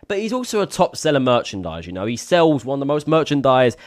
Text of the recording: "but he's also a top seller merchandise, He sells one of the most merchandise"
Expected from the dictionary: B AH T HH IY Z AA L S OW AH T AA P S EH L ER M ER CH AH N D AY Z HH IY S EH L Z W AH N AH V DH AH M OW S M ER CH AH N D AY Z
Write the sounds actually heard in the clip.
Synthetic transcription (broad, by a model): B AH T HH IY Z AA L S OW AH T AA P S EH L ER M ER CH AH N D AY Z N IY S EH L Z W AH N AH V DH AH M OW S M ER CH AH N D AY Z